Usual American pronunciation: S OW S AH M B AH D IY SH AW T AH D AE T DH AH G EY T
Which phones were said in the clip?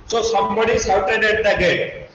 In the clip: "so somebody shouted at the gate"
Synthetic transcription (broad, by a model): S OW S AH M B AH D IY S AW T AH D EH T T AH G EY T